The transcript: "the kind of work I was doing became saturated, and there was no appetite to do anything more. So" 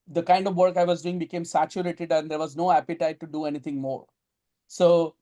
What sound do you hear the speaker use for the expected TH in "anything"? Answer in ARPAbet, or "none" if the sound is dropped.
T